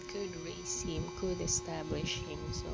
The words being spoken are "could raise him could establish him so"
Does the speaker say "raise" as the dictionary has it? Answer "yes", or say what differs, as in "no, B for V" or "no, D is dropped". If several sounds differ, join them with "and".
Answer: no, S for Z